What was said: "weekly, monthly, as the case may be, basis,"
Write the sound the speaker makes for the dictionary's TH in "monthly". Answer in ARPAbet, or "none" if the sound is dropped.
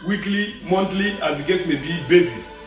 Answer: T